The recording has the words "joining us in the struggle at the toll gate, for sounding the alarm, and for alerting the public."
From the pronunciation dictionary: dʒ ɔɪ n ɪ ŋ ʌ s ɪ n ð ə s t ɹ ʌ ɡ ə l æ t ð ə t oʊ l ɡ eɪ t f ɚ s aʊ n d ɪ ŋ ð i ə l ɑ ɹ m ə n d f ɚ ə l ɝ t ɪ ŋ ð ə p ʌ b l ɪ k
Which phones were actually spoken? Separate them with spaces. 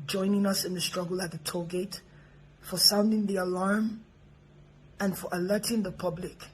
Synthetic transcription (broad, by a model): dʒ ɔɪ n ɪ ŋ ʌ s ɪ n ð ə s t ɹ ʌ ɡ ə l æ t ð ə t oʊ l ɡ eɪ t f ɚ s aʊ n d ɪ ŋ ð i ə l ɑ ɹ m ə n f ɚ ə l ɝ t ɪ ŋ ð ə p ʌ b l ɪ k